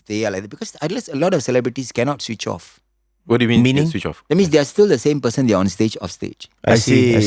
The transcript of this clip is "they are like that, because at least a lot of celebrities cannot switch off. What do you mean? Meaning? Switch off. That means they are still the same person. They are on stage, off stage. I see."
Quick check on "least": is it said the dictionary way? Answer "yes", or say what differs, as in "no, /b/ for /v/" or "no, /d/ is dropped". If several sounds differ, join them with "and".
no, /t/ is dropped